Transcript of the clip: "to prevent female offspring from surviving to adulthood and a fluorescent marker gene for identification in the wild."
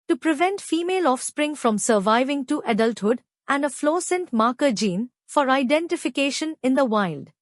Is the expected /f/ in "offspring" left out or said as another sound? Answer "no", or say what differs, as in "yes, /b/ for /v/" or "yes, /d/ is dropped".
no